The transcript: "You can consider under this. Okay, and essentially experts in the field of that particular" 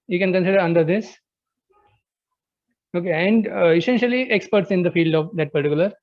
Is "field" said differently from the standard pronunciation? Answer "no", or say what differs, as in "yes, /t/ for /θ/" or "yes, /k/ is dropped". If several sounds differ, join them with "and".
no